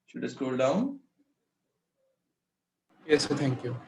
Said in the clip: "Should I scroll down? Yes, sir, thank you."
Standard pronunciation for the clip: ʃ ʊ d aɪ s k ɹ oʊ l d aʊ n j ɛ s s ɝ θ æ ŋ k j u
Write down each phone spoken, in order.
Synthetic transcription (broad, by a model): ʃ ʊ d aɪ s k oʊ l d aʊ n j ɛ s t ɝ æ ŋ k j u